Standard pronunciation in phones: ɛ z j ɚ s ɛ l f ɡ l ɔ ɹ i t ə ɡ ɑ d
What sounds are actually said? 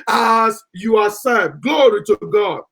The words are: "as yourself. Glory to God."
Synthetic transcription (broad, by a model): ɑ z j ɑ s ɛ f ɡ l ɔ ɹ i t ə ɡ ɑ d